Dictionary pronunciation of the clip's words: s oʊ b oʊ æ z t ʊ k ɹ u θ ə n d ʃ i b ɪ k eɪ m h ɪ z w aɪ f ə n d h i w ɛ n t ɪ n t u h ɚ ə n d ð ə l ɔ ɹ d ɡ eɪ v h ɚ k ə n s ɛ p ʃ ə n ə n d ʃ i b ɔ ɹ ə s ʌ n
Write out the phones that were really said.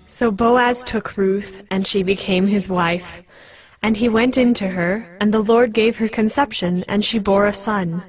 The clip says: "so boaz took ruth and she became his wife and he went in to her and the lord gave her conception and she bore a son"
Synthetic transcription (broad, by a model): s oʊ b oʊ æ z t ʊ k ɹ u θ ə n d ʃ i b ɪ k eɪ m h ɪ z w aɪ f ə n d i w ɛ n t ɪ n t u ɚ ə n ð ə l ɔ ɹ d ɡ eɪ v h ɚ k ə n s ɛ p ʃ ə n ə n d ʃ i b ɔ ɹ ə s ʌ n